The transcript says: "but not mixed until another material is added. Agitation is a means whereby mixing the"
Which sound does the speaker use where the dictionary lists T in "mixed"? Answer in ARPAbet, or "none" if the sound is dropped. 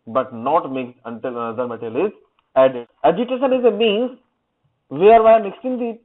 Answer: none